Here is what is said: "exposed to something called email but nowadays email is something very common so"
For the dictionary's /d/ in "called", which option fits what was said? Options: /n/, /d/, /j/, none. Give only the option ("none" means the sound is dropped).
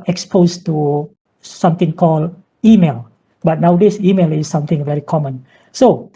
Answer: none